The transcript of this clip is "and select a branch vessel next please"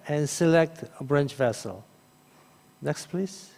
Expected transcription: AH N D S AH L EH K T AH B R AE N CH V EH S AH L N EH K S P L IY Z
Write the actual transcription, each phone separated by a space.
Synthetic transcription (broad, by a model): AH N S AH L EH K T AH B R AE N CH V EH S AH L N EH K S P L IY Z